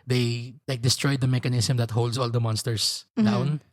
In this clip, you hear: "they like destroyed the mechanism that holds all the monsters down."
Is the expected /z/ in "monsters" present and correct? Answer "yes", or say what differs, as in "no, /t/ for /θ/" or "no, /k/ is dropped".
no, /s/ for /z/